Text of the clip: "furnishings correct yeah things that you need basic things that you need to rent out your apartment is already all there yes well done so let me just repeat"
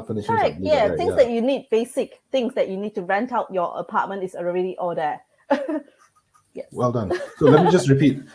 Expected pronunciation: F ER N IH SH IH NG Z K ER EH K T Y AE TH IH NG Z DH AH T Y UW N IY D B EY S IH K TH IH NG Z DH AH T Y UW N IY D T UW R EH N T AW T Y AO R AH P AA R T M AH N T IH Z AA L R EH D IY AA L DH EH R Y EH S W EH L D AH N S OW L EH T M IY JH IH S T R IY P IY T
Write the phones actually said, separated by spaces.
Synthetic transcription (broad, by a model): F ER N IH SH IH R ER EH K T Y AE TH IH NG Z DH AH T Y UW N IY D B EY S IH K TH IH NG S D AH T Y UW N IY D T UW R EH N T AW T Y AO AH P AA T M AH N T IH S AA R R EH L IY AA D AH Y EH W EH L D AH N S OW L EH T M IY JH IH S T R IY P IY T